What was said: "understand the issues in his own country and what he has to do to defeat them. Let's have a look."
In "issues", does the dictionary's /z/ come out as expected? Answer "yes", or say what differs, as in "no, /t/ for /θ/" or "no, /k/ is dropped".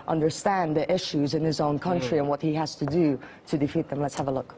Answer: yes